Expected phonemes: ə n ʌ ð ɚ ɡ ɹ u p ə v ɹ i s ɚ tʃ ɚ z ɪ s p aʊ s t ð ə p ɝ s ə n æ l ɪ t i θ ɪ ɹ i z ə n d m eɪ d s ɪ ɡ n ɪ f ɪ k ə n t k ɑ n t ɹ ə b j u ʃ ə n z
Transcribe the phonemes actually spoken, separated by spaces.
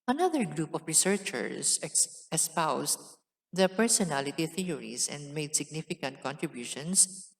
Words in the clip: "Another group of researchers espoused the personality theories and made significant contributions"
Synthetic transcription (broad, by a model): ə n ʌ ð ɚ ɡ ɹ u p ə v ɹ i s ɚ tʃ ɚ s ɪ s p aʊ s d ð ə p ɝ s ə n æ l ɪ t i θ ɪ ɹ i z ə n d m eɪ d s ɪ ɡ n ɪ f ɪ k ə n t k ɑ n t ɹ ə b j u ʃ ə n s